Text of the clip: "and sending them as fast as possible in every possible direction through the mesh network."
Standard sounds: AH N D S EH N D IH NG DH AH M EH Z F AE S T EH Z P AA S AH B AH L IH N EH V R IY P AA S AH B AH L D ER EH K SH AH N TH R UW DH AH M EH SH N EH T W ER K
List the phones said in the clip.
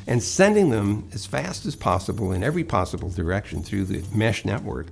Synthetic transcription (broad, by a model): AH N S EH N D IH NG DH AH M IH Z F AE S T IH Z P AA S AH B L IH N EH V R IY P AA S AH B L D ER EH K SH AH N TH R UW DH AH M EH SH N EH T W ER K